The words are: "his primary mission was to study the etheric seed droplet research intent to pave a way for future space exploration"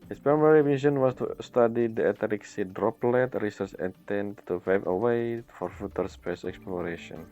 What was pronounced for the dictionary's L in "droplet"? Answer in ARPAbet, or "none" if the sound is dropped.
L